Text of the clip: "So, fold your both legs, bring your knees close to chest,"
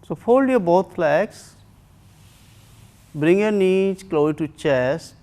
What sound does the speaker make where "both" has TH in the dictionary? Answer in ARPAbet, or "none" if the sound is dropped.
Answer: F